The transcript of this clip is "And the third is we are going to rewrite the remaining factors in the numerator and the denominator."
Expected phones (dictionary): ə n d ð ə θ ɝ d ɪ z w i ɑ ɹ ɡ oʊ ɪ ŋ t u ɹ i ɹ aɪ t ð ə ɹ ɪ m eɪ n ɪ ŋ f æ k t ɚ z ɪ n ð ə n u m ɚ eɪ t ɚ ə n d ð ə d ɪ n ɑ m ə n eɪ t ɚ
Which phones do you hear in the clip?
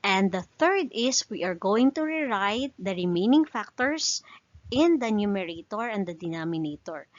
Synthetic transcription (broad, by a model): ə n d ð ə θ ɝ d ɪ s w i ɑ ɹ ɡ oʊ ɪ ŋ t u ɹ i ɹ aɪ t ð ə ɹ ɪ m eɪ n ɪ ŋ f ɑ k t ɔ s ɪ n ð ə n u m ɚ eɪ t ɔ ə n d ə d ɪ n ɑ m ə n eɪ t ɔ